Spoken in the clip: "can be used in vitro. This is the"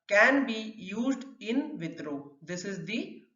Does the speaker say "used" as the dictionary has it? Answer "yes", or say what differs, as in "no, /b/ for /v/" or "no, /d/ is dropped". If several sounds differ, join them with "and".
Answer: yes